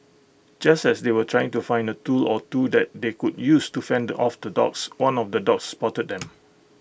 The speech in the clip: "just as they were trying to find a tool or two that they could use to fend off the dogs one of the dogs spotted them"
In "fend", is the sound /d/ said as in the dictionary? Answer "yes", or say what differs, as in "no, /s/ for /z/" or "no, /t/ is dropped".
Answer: yes